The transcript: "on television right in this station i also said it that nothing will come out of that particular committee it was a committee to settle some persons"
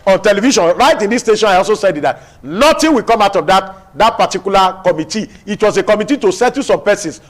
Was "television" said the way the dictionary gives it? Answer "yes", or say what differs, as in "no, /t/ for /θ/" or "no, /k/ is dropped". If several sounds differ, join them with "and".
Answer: no, /ʃ/ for /ʒ/